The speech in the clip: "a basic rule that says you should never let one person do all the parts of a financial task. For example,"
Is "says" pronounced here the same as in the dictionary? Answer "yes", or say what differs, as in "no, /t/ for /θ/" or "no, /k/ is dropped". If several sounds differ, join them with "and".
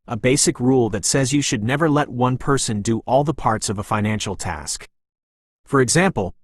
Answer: yes